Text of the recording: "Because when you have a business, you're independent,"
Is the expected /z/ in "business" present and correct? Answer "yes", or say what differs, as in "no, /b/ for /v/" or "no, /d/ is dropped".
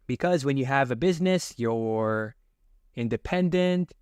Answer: yes